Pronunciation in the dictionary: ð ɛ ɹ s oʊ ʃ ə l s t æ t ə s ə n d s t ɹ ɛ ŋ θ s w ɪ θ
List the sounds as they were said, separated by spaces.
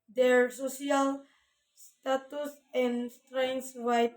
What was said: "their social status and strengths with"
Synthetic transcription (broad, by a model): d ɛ ɹ s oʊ s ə l s t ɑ t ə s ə n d s t ɹ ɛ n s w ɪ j